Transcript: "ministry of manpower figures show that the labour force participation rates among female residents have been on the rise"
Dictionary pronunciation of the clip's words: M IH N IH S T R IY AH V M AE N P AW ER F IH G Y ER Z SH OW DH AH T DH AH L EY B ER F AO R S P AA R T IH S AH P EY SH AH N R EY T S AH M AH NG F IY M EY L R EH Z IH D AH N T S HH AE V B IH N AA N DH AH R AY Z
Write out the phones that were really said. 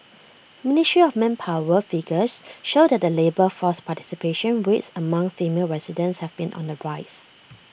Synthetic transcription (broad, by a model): M IH N IH S T R IY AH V M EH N P AW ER F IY G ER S SH OW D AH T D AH L EY B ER F AO S P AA T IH S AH P EY SH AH N W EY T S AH M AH NG F IY M EY L R EH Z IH D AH N S HH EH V B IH N AA N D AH R AY S